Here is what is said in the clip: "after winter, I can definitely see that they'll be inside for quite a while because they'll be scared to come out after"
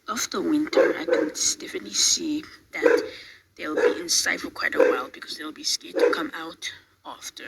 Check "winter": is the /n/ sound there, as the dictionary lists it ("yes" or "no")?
yes